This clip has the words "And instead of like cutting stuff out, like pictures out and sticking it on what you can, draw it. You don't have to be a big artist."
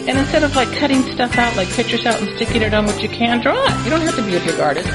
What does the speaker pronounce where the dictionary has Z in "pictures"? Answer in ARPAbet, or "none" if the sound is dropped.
S